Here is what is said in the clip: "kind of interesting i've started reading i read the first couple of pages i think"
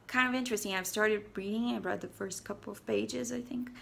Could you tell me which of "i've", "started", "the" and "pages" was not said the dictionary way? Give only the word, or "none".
none